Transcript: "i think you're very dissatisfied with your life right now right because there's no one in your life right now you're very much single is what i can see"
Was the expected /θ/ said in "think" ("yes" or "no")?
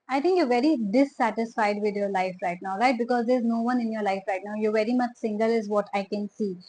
no